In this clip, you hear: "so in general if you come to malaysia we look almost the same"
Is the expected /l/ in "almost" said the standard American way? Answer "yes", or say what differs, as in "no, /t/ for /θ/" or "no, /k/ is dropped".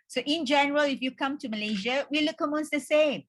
no, /l/ is dropped